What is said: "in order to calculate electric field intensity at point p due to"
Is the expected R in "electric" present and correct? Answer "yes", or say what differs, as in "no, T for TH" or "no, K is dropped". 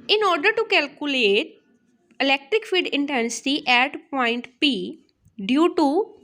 yes